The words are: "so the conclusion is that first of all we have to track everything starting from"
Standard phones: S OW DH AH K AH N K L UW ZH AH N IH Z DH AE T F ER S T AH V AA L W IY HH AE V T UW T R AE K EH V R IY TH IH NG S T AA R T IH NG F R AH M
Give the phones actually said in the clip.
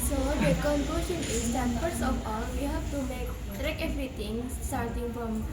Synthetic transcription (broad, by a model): S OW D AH K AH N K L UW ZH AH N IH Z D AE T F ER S AH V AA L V IY HH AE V T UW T R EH K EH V R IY T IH NG S T AA R T IH NG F R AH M